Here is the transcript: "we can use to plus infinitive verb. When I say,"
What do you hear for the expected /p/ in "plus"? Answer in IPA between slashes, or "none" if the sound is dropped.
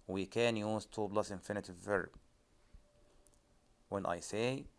/b/